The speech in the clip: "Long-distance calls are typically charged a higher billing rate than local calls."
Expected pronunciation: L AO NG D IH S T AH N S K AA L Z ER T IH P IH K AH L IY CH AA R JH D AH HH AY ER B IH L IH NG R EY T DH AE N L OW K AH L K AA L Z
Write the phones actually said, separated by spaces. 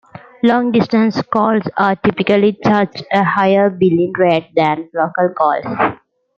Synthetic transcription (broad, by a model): L AO NG D IH S T AH N S K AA L S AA T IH P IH K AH L IY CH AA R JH AH HH AY ER B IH L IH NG R EY T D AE N L OW K AH L K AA L S